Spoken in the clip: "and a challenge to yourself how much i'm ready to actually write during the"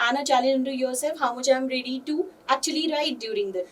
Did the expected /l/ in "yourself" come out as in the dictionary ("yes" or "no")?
no